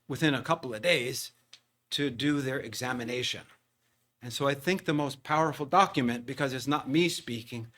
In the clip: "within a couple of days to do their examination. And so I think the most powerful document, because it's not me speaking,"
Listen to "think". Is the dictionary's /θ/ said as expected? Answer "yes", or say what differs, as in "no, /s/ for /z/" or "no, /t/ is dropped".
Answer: yes